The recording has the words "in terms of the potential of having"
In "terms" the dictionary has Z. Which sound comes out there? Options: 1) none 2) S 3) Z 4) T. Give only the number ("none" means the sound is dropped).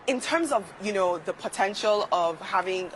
3